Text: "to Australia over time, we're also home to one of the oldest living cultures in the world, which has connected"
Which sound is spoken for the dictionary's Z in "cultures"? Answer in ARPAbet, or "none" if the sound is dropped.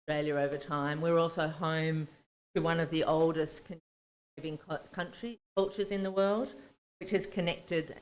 Z